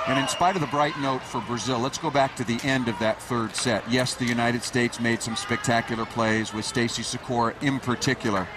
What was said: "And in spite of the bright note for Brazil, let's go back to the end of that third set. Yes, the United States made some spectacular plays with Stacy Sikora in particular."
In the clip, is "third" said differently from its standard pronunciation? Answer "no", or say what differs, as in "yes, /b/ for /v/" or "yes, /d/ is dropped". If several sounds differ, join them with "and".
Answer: no